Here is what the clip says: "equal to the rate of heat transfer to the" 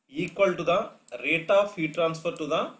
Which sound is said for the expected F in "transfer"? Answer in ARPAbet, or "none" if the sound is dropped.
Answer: P